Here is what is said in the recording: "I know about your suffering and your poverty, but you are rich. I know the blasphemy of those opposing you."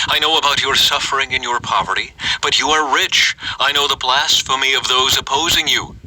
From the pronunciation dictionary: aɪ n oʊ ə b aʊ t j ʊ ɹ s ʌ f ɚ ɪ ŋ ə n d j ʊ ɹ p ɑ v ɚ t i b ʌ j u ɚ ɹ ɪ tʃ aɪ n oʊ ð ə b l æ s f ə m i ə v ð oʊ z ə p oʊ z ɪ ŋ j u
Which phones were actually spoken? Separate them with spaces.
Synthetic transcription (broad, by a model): aɪ n oʊ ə b aʊ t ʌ ɹ s ʌ f ɚ ɪ ŋ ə n j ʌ ɹ p ɑ v ɚ t i b ʌ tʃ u ɚ ɹ ɪ tʃ aɪ n oʊ ð ə b l æ s f ə m i ə v ð oʊ z ə p oʊ z ɪ ŋ j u